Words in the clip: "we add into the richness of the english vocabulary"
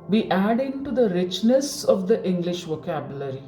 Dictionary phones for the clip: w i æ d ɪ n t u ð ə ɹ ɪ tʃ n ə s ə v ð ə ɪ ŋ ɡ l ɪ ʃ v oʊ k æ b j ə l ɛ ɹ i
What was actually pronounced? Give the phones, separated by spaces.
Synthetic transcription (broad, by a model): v i æ d ɪ n t u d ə ɹ ɪ tʃ n ə s ə v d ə ɪ ŋ ɡ l ɪ ʃ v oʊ k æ b j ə l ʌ ɹ i